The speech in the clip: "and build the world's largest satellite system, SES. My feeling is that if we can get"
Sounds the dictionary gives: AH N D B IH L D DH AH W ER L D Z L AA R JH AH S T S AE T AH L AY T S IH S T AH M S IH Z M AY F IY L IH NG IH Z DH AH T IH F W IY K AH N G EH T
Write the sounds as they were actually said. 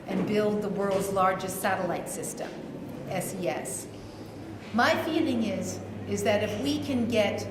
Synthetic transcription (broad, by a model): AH N B IH L D DH AH W ER L D Z L AA R JH AH S T S AE T AH L AY T S IH S T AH M S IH S M AY F IY L IH NG IH Z DH AH T IH F W IY K AH N G EH T